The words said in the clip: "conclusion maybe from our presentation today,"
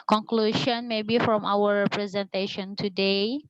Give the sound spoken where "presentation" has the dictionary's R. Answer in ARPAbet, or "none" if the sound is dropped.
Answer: R